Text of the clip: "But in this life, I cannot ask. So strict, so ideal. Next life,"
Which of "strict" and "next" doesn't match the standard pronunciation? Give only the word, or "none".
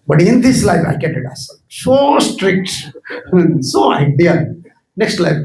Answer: none